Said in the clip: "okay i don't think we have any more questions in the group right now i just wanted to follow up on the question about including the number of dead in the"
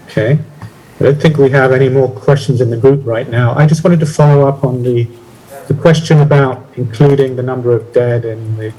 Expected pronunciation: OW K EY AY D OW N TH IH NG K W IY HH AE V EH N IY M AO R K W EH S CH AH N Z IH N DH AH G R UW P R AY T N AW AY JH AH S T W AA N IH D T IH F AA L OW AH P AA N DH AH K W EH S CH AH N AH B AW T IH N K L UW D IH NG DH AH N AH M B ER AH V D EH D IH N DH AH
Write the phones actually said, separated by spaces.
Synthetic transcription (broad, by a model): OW K EY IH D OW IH TH IH NG K W IY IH V EH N IY M AO R K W EH S CH N Z IH N DH AH G R UW P R AY T N AW AY JH AH S T W AA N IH D T IH F AA L OW AH P N DH AH K W EH S CH AH N AH B AW T IH N K L UW D IH NG DH AH N AH M B ER AH V D EH D IH N DH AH